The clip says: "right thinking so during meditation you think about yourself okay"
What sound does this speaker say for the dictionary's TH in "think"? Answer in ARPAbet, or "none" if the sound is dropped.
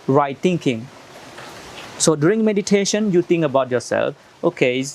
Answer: T